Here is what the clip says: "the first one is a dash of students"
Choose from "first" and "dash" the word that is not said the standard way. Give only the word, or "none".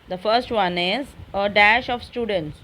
none